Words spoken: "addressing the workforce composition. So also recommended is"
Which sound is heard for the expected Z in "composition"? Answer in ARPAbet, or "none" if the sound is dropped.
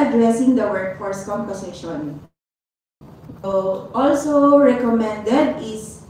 S